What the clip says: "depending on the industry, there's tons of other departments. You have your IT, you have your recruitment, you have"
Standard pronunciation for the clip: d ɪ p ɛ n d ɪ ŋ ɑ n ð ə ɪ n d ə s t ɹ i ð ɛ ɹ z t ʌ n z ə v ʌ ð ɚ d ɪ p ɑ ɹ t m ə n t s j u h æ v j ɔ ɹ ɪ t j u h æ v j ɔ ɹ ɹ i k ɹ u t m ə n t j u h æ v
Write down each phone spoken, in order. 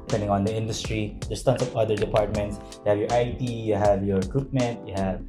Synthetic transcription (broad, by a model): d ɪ p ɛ n d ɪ ŋ ɑ n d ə ɪ n d ə s t ɹ i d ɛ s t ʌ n s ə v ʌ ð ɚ d ɪ p ɑ ɹ t m ə n t s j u h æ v j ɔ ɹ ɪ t j u h æ v j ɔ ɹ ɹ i k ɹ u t m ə n t j u h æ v